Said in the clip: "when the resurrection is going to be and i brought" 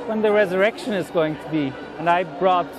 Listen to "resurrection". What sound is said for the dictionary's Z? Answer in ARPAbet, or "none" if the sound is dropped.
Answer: Z